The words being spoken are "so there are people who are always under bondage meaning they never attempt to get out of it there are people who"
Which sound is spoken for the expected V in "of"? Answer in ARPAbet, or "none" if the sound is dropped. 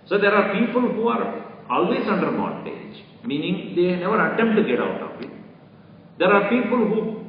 P